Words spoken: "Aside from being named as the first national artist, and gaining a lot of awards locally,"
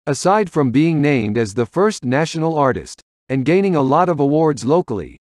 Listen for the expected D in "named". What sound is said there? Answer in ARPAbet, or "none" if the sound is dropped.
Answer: D